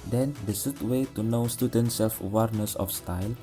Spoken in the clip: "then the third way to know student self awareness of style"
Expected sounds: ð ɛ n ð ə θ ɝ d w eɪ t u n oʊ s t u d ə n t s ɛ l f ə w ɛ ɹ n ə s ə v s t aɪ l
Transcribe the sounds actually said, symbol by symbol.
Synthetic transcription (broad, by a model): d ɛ n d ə s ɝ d w eɪ t u n oʊ s t u d ə n t s ɛ l f ə w ɛ ɹ n ə s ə f s t aɪ l